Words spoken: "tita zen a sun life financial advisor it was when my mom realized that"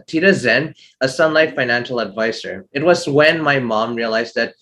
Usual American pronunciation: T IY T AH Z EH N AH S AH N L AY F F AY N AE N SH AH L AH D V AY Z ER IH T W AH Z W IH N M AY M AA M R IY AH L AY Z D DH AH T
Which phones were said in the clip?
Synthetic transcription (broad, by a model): T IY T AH Z EH N AH S AH N L AY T F AY N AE N SH L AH D V AY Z ER IH T W AH Z W IH N M AY M AA M R IY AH L AY Z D DH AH T